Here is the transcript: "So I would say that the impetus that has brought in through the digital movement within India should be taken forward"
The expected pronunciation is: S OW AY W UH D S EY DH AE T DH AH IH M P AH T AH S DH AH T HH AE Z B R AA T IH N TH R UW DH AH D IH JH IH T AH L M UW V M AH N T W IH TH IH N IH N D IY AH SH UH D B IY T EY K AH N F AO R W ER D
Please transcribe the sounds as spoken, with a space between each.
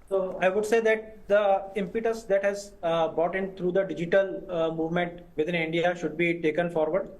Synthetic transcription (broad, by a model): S OW AY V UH D S EY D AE T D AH IH M P AH T AH S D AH T HH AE Z B R AA T IH N T R UW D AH D IH JH IH T AH L M UW V M AH N T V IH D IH N IH N D IY AH SH UH D B IY T EY K AH N F AO R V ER D